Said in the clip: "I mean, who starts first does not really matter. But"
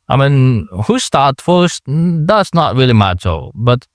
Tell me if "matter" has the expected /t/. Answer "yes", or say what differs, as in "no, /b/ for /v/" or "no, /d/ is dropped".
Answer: no, /s/ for /t/